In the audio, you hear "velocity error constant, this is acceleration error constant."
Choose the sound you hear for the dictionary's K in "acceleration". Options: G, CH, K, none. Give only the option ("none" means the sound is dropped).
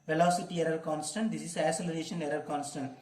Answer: none